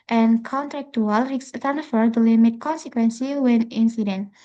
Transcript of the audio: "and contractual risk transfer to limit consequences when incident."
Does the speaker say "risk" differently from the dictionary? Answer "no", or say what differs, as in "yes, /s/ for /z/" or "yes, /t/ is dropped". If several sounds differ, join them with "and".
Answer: yes, /s/ is dropped